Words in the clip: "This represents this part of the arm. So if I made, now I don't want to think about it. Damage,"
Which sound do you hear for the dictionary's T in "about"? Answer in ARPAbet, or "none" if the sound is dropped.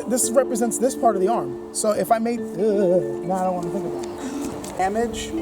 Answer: none